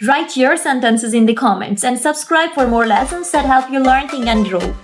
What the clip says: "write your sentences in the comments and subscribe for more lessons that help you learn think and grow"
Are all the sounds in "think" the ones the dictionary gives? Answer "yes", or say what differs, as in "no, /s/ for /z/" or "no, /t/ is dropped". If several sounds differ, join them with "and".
no, /k/ is dropped